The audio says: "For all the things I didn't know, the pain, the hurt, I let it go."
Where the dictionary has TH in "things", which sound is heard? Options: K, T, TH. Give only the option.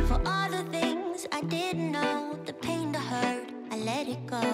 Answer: TH